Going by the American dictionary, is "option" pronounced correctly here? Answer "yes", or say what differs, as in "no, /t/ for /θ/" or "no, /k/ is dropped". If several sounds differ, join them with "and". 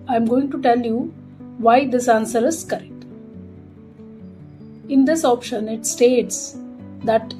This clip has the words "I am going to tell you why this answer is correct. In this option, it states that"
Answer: yes